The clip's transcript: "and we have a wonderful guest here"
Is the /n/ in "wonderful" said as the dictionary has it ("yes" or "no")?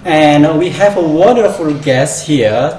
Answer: yes